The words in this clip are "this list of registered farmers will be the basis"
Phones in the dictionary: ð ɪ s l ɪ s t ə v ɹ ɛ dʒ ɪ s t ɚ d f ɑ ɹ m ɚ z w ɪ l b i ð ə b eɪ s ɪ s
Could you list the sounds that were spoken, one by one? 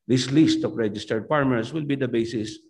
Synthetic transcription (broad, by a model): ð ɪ s l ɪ s t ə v ɹ ɛ dʒ ɪ s t ɚ d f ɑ ɹ m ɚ s w ɪ l b i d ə b eɪ s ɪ s